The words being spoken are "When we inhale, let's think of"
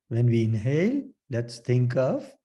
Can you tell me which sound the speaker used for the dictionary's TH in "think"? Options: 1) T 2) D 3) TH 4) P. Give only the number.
1